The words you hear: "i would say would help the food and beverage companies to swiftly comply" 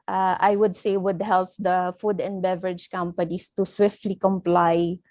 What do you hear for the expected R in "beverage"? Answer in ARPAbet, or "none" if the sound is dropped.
R